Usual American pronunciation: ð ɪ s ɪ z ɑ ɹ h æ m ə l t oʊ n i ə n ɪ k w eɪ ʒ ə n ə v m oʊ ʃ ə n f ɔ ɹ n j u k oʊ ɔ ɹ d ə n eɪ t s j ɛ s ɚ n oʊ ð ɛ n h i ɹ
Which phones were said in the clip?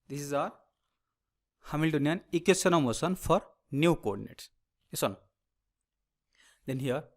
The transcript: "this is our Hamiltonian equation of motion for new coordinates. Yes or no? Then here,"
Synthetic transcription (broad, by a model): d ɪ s ɪ z ɑ ɹ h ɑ m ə l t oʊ n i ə n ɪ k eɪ s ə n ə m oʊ s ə n f ɔ ɹ n j u k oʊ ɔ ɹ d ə n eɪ t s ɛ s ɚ n oʊ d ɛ n h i ɹ